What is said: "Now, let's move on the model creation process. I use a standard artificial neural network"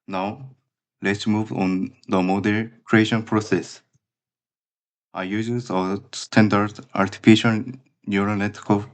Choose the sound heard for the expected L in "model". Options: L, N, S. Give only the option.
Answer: N